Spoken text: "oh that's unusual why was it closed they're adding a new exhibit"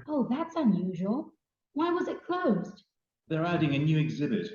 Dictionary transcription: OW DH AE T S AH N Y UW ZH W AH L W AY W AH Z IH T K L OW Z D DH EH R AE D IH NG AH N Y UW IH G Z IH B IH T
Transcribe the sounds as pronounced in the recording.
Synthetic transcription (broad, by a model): OW DH AE T S AH N Y UW ZH W AH L W AY W AH Z IH T K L OW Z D DH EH R AE D IH NG AH N Y UW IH G Z IH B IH T